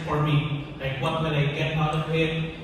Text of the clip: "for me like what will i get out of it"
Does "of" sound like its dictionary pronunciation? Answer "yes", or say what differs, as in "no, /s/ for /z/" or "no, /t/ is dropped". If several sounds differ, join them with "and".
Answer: no, /p/ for /v/